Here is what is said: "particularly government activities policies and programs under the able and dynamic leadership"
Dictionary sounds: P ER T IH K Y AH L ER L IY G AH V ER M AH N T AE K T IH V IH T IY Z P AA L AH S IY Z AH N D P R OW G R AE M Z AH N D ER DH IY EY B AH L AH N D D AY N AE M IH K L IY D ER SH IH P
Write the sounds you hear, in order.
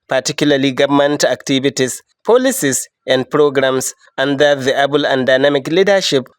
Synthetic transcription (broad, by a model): P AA T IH K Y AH L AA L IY G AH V M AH N T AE K T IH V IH T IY S P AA L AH S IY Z AH N D P R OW G R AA M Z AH N D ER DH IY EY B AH L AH N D D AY N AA M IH K L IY D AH SH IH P